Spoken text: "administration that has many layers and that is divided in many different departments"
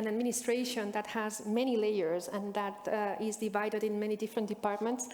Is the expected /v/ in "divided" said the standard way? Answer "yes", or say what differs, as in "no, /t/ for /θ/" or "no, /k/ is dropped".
yes